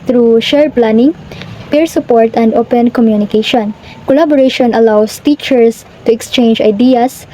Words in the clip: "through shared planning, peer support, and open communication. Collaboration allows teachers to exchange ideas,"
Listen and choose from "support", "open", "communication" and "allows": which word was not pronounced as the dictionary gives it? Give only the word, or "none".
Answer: allows